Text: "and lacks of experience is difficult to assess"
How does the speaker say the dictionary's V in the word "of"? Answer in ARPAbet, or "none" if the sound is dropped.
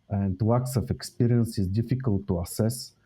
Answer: F